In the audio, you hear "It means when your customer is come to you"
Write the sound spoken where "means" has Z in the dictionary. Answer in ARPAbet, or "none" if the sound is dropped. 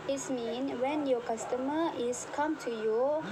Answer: none